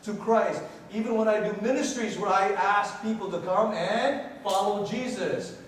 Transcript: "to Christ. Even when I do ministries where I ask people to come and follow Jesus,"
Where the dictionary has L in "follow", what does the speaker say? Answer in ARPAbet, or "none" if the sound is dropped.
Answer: L